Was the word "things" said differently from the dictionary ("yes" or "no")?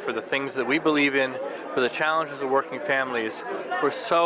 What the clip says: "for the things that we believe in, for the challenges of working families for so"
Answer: no